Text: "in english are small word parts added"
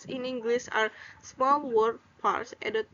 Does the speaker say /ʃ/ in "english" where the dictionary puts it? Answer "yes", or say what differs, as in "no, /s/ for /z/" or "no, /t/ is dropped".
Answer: no, /s/ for /ʃ/